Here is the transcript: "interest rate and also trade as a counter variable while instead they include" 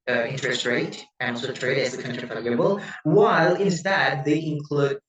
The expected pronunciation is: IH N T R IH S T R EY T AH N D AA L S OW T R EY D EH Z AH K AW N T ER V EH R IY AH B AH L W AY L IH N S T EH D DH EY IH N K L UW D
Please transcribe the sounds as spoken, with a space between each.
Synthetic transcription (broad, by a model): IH N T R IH S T R EY T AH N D AA L S OW T R EY D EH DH AH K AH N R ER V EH L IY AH B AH L W AY L IH N S T EH D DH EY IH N K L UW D